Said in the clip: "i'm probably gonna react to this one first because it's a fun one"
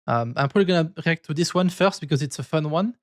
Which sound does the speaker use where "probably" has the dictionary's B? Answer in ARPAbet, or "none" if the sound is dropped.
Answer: none